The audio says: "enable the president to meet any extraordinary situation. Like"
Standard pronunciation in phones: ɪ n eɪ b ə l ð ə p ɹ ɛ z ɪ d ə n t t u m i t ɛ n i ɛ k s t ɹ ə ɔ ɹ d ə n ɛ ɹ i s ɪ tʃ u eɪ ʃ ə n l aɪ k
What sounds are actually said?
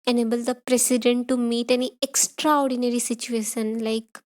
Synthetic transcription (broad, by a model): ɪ n eɪ b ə l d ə p ɹ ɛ s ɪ d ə n t t u m i t ɛ n i ɛ k s t ɹ ə ɔ ɹ d ə n ɛ ɹ i s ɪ tʃ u eɪ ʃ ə n l aɪ k